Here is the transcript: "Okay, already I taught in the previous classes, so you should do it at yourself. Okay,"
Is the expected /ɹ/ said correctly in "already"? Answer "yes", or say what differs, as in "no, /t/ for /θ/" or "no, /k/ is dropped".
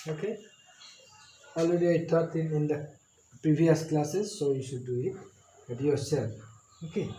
no, /ɹ/ is dropped